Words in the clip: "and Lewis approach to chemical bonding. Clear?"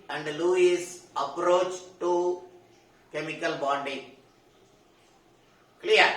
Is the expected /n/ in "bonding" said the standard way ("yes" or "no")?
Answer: no